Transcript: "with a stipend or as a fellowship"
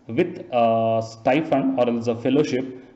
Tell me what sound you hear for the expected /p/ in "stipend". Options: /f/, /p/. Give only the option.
/f/